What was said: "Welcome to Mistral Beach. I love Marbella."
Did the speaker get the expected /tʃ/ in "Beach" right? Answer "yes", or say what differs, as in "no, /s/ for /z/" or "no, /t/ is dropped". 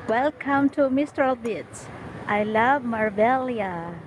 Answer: no, /s/ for /tʃ/